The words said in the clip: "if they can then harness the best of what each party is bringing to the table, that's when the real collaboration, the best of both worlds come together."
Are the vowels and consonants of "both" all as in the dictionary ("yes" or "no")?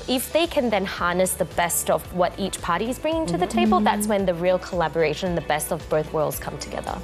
yes